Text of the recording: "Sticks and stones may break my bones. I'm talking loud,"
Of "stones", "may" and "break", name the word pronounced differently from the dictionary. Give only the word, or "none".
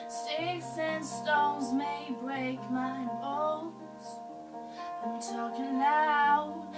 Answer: none